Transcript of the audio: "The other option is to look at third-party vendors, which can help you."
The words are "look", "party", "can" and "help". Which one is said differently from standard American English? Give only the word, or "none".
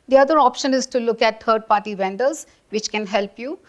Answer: none